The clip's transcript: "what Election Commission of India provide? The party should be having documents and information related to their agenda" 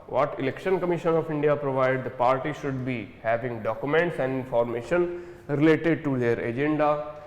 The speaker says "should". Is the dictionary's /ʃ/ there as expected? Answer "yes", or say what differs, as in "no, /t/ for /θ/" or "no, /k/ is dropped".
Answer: yes